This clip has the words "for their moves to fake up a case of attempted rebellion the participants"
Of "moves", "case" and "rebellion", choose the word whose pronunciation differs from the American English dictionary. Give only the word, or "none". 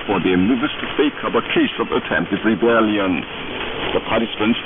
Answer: moves